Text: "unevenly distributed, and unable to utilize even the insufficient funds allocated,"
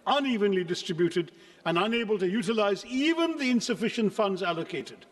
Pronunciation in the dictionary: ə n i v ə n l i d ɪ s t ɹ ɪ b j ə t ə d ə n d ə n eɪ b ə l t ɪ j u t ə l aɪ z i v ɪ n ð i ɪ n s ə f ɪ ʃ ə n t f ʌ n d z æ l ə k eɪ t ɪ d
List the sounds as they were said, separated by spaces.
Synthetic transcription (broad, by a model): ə n i v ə n l i d ɪ s t ɹ ɪ b j ə t ə d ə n ə n eɪ b ə l t ɪ j u t ə l aɪ z i v ɪ n ð i ɪ n s ə f ɪ ʃ ə n t f ʌ n d z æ l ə k eɪ t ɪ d